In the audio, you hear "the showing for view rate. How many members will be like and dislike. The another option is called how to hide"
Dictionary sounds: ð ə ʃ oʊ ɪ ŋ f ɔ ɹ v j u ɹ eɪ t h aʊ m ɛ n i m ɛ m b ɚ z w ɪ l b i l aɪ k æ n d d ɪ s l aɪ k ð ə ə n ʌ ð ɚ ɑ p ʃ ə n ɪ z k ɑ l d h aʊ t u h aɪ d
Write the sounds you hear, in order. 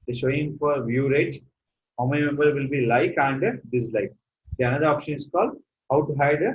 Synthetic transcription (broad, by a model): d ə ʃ oʊ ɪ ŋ f ɔ ɹ v j u ɹ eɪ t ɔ m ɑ i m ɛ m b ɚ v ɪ l b i l aɪ k æ n d d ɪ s l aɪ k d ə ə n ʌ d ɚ ɑ p ʃ ə n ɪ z k ɑ l d h aʊ t u h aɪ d